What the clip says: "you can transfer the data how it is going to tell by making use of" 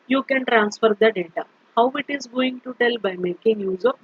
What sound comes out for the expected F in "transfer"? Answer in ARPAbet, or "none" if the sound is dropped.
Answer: F